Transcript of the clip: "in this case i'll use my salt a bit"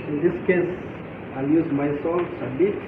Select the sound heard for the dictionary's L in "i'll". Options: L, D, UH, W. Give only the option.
L